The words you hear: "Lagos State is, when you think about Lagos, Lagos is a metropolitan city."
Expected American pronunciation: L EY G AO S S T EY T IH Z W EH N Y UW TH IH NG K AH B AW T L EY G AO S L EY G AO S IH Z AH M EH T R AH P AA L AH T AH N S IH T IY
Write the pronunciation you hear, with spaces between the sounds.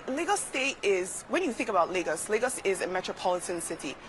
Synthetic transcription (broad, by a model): L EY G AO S S T EY T IH Z W EH N Y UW TH IH NG K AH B AW T L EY G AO S L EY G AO S IH Z AH M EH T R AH P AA L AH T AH N S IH T IY